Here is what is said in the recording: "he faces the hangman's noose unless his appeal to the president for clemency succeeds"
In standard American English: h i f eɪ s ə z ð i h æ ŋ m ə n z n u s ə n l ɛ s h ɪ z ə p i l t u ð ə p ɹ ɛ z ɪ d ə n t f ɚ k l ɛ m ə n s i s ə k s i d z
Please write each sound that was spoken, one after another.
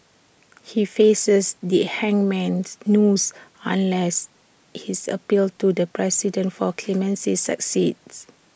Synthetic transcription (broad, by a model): h i f eɪ s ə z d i h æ ŋ m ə n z n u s ə n l ɛ s h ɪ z ə p i l t u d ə p ɹ ɛ s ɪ d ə n t f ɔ k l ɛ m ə n s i s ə k s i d s